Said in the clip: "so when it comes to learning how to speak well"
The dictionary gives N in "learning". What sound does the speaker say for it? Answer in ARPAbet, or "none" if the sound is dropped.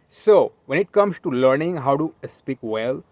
N